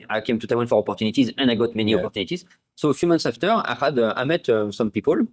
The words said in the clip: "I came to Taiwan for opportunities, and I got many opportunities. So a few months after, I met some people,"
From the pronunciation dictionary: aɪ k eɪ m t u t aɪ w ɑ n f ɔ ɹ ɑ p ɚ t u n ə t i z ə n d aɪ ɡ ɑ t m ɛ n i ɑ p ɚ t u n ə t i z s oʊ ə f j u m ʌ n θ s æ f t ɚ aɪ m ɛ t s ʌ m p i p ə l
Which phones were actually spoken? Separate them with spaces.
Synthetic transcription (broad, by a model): aɪ k eɪ m t u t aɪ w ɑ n f ɔ ɹ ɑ p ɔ t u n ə t i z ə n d aɪ ɡ ɑ t m ɛ n i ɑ p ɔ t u n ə t i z s oʊ f j u m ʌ n t s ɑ f t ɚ aɪ m ɛ t s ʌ m p i p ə l